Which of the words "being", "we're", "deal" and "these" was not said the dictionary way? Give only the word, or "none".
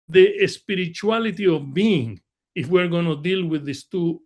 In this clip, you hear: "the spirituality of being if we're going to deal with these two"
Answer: these